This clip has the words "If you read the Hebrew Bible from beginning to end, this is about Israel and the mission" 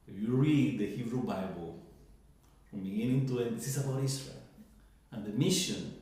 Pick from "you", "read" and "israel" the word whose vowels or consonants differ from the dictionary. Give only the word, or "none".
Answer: israel